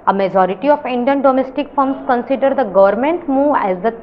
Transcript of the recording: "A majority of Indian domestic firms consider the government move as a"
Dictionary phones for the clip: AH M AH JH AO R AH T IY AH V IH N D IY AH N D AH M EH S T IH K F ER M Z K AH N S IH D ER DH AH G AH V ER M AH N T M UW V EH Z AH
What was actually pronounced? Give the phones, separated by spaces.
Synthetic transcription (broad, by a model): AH M AH JH AO R AH T IY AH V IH N D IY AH N D AH M EH S T IH K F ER M S K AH N S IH D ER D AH G AH V ER M AH N T M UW EH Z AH